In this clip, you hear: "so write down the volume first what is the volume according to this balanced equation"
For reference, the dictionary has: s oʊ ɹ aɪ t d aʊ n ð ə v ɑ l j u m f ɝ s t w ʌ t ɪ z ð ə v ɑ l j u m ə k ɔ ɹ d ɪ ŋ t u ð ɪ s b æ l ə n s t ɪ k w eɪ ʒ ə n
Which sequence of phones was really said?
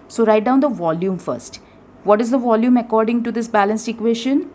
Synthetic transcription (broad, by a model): s oʊ ɹ aɪ t d aʊ n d ə v ɑ l j u m f ɝ s t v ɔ t ɪ z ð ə v ɑ l j u m ə k ɔ ɹ d ɪ ŋ t u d ɪ s b æ l ə n s t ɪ k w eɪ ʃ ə n